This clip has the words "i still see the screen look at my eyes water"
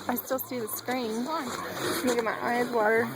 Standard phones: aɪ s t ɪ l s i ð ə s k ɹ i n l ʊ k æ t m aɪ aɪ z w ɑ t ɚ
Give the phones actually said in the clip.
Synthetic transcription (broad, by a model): aɪ s t ɪ l s i ð ə s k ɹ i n n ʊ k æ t m aɪ aɪ z w ɑ t ɚ